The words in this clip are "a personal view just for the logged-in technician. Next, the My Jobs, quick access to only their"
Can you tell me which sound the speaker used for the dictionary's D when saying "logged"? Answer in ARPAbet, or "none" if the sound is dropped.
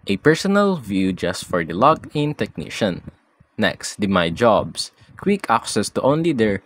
none